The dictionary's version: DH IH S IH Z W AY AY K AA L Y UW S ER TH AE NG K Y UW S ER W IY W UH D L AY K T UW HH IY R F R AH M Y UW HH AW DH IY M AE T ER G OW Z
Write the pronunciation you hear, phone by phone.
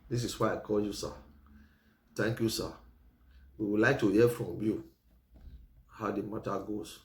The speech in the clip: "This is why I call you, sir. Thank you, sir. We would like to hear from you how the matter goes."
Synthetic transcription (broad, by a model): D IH S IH S W AY AY K AA L Y UW S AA T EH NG K Y UW S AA W IY W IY L AY K T UW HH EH F R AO M Y UW HH AW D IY M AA T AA G OW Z